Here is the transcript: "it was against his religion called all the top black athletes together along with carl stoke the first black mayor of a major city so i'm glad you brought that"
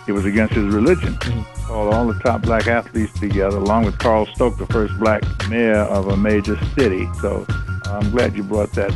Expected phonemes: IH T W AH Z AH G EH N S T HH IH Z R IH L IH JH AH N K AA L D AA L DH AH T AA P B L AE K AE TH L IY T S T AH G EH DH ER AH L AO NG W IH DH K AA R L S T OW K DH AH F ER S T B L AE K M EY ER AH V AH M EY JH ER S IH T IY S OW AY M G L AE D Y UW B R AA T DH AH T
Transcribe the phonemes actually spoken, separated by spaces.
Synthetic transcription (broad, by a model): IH T W AH Z AH G EH N S T HH IH Z R IH L IH JH AH N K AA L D AA L DH AH T AA P B L AE K AE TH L IY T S T AH G EH DH ER AH L AO NG W IH DH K AA R L S T OW K DH AH F ER S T B L AE K M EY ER AH V AH M EY JH ER S IH T IY S OW AY M G L AE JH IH B R AA T DH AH T